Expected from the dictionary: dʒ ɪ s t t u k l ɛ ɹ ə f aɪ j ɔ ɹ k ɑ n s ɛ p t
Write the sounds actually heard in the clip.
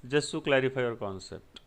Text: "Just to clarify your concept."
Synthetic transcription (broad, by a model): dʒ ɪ s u k l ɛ ɹ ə p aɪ j ɔ ɹ k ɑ n s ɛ p t